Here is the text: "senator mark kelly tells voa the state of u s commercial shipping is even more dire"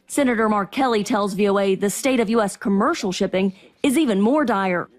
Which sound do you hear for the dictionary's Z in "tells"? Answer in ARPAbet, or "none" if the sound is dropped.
Z